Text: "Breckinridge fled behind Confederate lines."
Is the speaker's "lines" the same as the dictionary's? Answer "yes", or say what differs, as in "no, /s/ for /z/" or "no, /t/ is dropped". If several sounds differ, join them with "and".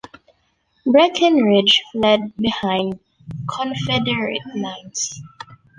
no, /n/ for /l/ and /s/ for /z/